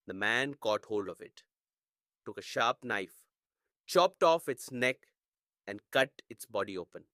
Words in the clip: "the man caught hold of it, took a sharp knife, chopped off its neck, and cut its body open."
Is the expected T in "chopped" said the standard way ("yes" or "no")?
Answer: yes